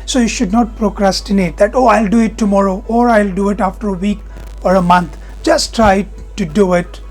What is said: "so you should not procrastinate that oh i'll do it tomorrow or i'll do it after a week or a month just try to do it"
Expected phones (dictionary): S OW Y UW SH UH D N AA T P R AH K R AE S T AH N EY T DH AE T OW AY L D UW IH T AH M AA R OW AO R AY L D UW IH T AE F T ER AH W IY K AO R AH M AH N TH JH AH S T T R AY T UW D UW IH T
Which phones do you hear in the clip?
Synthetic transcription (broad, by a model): S OW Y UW SH UH D N AA T P R AH K R AE S T AH N EY T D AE T OW AY L D UW IH T AH M AA R OW AO R AY L D UW IH T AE F T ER AH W IY K AO R AH M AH N T JH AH S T T R AY T UW D UW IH T